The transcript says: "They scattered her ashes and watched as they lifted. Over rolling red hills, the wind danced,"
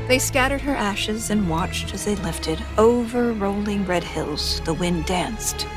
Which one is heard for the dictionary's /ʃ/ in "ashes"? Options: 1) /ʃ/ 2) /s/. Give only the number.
1